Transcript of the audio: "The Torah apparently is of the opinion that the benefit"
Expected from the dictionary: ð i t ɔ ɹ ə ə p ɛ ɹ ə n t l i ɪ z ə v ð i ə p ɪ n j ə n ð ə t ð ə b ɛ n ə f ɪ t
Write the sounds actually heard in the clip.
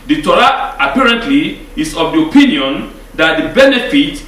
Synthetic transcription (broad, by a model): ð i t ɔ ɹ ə ə p ɛ ɹ ə n t l i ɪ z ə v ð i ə p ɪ n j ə n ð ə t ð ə b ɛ n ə f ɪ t